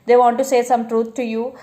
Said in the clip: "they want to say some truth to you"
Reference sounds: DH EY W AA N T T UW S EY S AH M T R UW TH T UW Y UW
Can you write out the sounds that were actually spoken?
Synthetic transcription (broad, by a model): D EY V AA N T T UW S EY S AH M T R UW T T UW Y UW